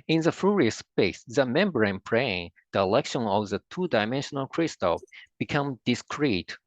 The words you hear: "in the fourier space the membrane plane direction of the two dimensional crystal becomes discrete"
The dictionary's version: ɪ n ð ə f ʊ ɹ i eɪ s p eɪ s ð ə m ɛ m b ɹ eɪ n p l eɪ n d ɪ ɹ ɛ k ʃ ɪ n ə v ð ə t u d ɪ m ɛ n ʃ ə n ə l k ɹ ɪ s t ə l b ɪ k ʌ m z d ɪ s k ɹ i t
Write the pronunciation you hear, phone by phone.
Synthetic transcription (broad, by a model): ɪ n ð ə f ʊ ɹ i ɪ s p eɪ s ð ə m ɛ m b ɹ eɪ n p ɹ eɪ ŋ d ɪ l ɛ k ʃ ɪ n ə v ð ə t u d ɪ m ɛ n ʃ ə n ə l k ɹ ɪ s t ə l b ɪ k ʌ m d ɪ s k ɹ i t